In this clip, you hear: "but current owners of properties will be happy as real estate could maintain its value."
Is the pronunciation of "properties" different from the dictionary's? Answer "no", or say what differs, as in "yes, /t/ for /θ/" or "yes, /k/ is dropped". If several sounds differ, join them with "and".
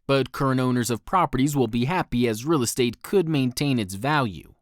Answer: no